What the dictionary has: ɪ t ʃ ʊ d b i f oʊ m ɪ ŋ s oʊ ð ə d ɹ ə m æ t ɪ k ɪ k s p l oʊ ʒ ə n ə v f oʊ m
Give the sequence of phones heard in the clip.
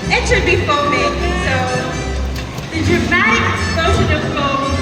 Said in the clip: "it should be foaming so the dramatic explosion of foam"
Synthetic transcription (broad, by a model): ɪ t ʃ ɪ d b i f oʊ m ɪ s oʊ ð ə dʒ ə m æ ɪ ɪ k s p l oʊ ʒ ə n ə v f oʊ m